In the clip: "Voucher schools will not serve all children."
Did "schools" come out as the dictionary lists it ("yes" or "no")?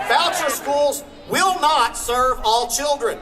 yes